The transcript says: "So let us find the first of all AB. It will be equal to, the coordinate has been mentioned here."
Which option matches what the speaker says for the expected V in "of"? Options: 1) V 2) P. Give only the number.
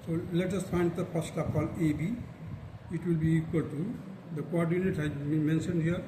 2